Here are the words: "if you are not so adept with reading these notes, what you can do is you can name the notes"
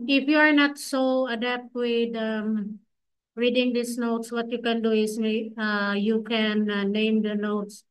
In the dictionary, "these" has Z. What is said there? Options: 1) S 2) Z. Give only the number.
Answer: 1